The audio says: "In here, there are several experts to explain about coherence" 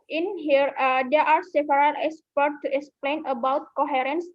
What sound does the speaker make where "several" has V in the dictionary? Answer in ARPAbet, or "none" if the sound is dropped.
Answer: P